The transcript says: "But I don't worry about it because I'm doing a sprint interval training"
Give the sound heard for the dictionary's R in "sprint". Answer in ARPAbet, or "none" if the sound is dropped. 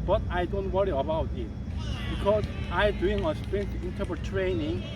none